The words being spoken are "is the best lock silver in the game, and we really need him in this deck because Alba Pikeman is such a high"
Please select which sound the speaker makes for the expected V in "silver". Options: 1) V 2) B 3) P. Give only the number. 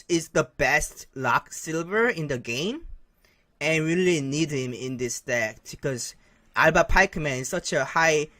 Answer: 1